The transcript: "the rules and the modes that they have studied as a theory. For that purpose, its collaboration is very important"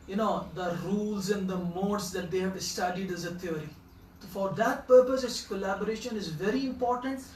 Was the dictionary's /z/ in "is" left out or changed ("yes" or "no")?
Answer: no